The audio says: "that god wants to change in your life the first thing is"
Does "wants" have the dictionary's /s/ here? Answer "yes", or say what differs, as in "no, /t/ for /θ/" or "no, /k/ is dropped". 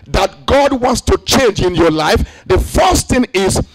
yes